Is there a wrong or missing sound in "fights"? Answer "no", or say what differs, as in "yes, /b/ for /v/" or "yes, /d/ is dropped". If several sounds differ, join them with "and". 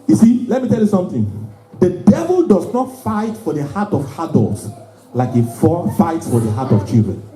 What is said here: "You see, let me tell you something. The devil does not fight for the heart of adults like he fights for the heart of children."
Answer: no